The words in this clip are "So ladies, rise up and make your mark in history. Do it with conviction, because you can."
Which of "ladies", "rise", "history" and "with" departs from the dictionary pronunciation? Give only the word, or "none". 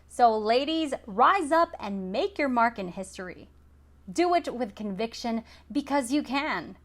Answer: none